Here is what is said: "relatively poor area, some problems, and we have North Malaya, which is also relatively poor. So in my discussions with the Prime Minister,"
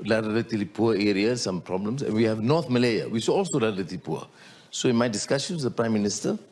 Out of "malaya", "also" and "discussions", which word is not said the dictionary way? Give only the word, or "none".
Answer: discussions